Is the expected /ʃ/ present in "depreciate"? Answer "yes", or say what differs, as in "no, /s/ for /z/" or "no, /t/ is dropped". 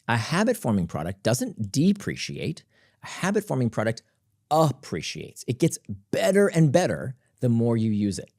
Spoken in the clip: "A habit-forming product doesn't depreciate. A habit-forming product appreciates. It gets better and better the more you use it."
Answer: yes